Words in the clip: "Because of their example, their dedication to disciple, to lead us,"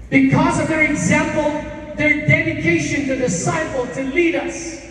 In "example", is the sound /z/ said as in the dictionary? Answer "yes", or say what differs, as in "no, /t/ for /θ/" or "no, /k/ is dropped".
yes